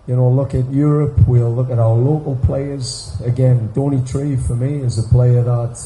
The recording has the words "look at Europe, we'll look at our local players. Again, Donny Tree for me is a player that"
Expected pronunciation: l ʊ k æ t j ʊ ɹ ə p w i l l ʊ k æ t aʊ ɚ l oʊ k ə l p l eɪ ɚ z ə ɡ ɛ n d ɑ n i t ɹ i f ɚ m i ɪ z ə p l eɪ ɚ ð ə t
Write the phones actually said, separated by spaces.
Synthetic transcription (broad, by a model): l ʊ k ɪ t j ʊ ɹ ə p w i l l ʊ k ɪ t aʊ ɚ l oʊ k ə l p l eɪ ɚ z ə ɡ ɛ n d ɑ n i t ɹ i f ɚ m i ɪ z ə p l eɪ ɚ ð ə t